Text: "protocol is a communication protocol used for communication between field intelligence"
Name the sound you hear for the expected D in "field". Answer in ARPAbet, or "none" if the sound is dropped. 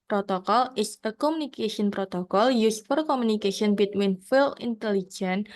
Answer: none